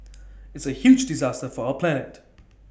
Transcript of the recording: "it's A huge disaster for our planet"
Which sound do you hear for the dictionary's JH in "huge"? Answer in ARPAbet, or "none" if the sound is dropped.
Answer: JH